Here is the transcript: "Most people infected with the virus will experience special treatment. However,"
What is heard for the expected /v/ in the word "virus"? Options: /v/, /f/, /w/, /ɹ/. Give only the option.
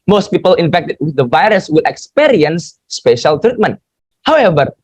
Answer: /v/